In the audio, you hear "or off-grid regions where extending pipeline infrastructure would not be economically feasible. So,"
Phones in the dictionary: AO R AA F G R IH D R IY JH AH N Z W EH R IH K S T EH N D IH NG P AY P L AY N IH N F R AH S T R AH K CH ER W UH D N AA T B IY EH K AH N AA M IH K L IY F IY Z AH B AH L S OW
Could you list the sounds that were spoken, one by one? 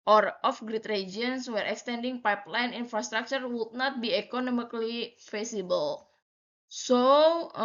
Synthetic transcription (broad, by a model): AO R AA F G R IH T R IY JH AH N S W EH R IH K S T EH N D IH NG P AY P L AY N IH N F R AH S T R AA K CH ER W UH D N AA T B IY EH K AH N AA M IH K L IY F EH S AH B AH L S OW